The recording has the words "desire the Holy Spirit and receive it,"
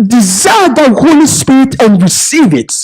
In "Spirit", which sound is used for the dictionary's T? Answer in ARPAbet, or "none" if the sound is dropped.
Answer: T